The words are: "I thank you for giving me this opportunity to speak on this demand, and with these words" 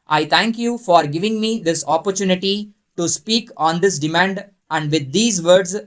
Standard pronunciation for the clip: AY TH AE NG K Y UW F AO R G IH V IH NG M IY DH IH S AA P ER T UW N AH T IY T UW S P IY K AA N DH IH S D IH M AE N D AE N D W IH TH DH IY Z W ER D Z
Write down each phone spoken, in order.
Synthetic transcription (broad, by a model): AY T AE NG K Y UW F AO R G IH V IH NG M IY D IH S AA P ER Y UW N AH T IY T UW S P IY K AA N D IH S D IH M AE N D AE N D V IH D IY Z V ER D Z